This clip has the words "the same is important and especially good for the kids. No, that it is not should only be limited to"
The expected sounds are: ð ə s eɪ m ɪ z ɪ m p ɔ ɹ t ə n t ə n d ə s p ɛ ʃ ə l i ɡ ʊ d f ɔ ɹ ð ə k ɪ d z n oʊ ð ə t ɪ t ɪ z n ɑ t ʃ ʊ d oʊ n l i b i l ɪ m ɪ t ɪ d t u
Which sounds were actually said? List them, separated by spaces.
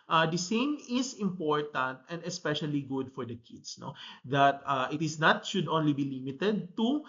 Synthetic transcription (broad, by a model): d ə s eɪ m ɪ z ɪ m p ɔ ɹ t ə n t ə n d ə s p ɛ ʃ ə l i ɡ ʊ d f ɔ ɹ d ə k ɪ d s n oʊ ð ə t ɪ t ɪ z n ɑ t ʃ ʊ d oʊ n l i b i l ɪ m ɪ t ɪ d t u